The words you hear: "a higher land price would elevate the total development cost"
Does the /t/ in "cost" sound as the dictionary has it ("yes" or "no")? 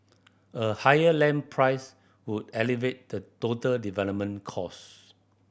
no